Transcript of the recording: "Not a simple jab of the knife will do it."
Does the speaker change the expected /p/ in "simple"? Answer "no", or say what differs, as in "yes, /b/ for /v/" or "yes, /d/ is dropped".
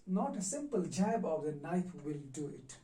no